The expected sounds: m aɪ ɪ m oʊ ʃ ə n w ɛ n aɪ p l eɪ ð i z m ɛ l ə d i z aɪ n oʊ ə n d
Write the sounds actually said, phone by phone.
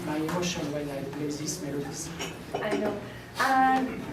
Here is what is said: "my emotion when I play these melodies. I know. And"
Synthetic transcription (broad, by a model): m aɪ ɪ m oʊ ʃ ə n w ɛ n aɪ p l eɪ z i s m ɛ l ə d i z aɪ n oʊ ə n